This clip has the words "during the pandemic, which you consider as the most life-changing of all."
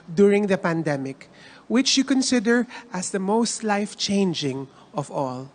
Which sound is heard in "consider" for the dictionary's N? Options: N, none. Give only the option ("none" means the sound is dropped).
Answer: N